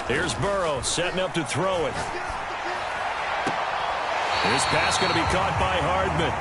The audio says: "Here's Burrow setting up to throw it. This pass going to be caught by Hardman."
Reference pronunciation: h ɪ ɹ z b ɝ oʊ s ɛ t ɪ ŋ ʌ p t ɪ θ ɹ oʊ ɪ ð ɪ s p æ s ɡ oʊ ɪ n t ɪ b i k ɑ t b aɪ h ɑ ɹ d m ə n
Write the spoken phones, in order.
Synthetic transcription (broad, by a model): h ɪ ɹ z b ɝ oʊ s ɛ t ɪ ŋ ʌ p t ɪ θ ɹ oʊ ɪ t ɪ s p æ s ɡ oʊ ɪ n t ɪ b i k ɑ t b aɪ h ɑ ɹ d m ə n